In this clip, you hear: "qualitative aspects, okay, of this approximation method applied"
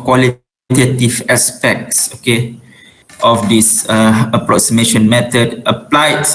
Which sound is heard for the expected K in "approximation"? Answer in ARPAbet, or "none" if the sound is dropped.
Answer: K